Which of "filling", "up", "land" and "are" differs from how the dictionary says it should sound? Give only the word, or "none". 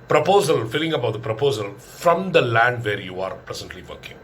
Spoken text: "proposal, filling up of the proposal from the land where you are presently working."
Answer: up